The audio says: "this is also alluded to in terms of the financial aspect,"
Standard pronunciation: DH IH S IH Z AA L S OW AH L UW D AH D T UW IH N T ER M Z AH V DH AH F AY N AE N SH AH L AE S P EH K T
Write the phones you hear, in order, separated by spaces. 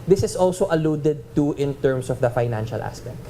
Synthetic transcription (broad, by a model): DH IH S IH S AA L S OW AH L UW D AH D T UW IH N T ER M S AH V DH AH F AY N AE N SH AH L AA S P EH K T